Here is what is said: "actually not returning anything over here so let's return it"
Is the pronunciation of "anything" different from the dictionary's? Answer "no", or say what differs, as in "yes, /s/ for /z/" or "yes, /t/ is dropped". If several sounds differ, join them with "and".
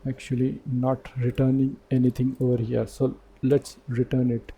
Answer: yes, /t/ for /θ/